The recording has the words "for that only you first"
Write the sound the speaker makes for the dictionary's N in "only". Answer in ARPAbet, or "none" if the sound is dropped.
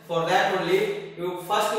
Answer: none